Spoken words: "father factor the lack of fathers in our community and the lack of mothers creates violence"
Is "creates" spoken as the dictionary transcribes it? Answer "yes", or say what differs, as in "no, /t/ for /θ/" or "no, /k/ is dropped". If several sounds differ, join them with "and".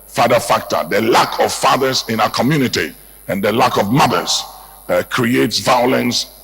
yes